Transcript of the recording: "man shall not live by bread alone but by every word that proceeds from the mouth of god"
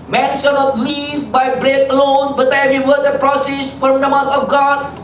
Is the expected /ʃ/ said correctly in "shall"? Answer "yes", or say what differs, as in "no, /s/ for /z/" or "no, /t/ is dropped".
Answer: no, /s/ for /ʃ/